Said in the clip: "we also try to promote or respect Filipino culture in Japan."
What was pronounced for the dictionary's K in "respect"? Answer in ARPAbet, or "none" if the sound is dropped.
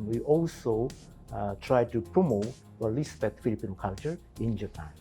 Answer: none